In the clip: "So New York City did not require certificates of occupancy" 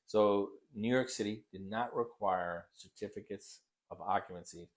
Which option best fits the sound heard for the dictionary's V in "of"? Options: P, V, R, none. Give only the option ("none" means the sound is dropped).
V